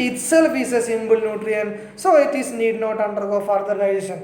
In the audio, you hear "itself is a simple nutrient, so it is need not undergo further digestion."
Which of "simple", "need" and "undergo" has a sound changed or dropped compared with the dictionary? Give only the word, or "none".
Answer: simple